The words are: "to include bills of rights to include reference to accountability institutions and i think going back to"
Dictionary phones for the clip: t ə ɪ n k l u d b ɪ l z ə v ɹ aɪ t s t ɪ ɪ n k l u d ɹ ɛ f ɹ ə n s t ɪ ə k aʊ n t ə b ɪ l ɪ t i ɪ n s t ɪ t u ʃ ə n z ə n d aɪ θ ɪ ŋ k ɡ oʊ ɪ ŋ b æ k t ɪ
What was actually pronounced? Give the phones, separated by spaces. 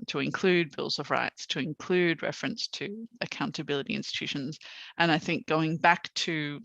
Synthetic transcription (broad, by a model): t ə ɪ n k l u d b ɪ l z ə v ɹ aɪ t s t ɪ ɪ n k l u d ɹ ɛ f ɹ ə n s t ɪ ə k aʊ n t ə b ɪ l ɪ t i ɪ n s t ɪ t u ʃ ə n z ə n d aɪ θ ɪ ŋ k ɡ oʊ ɪ ŋ b æ k t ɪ